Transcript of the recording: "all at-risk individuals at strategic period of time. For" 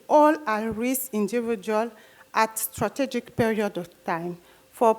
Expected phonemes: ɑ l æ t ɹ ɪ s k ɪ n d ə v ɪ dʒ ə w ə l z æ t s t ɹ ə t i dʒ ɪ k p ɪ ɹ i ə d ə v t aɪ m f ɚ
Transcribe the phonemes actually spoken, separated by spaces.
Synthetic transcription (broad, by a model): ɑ l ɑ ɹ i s i n d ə v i dʒ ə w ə l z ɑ t s t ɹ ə t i dʒ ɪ k p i ɹ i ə d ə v t aɪ m f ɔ